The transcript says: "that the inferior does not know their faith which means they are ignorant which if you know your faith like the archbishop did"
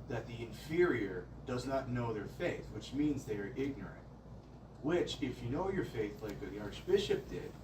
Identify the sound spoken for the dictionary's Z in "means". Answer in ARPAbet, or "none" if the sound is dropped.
Z